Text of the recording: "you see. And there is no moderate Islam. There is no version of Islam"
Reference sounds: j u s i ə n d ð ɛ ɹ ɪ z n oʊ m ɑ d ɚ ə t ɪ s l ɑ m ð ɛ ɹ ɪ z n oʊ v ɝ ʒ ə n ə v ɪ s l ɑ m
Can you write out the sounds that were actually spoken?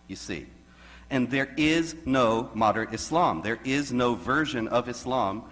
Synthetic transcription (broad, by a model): j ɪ s i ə n ð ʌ ɹ ɪ z n oʊ m ɑ d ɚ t ɪ s l ɑ m ð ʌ ɹ ɪ z n oʊ v ɝ ʒ ə n ə v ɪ s l ɑ m